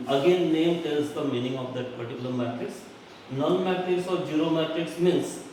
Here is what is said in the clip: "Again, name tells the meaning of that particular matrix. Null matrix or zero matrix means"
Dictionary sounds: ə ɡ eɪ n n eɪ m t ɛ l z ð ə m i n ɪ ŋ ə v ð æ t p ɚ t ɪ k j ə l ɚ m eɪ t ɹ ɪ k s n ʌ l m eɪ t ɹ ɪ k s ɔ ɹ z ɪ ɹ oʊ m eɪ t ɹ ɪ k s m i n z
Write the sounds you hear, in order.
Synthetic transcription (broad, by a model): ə ɡ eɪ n n eɪ m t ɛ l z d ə m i n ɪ ŋ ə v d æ t p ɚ t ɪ k j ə l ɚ m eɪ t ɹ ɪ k s n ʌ n m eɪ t ɹ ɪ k s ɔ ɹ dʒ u ɹ oʊ m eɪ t ɹ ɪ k s m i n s